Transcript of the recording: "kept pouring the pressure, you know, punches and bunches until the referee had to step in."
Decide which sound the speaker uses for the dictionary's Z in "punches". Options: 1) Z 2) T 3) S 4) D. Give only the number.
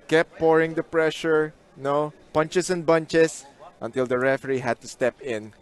3